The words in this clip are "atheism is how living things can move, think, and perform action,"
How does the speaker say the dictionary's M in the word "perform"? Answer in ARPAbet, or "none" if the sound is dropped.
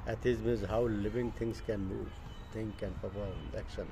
none